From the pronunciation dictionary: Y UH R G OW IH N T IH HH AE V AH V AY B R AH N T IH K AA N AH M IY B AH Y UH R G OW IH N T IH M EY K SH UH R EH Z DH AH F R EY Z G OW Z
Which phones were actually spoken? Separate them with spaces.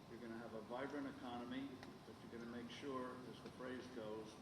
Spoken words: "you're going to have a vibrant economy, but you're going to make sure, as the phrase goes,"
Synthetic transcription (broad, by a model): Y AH R G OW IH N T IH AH V AH V AY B R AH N IH K AA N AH M IY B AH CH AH R G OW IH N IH M EY K SH UH R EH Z DH AH F R EY Z G OW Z